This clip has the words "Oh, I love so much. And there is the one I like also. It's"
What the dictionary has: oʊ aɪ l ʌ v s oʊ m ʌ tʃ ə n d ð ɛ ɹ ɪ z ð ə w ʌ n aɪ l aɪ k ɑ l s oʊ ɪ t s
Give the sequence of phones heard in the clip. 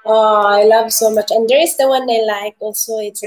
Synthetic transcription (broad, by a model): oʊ aɪ l ʌ v s oʊ m ʌ tʃ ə n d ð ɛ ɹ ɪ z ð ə w ʌ n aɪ l aɪ k ɑ l s oʊ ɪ t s